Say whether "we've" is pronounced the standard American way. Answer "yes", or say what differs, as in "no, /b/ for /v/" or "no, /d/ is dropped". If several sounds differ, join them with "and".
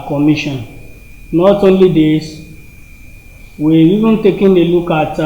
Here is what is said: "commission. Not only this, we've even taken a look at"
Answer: no, /v/ is dropped